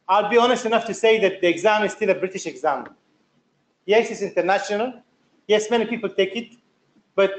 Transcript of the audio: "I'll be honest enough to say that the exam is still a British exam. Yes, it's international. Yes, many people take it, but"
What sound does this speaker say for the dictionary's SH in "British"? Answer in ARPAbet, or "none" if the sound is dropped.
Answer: SH